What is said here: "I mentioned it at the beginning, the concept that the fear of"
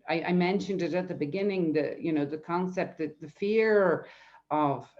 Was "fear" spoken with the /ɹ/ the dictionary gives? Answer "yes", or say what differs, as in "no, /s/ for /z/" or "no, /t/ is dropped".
yes